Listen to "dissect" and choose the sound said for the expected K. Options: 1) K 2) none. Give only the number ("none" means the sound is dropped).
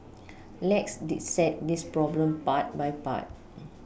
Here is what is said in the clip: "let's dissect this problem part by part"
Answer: 2